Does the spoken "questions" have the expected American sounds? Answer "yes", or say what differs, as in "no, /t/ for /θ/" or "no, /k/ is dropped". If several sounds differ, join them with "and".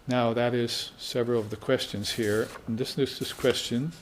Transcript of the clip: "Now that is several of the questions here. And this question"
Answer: yes